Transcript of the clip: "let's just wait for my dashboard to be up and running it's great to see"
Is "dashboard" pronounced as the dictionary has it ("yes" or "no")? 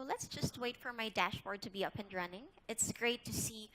yes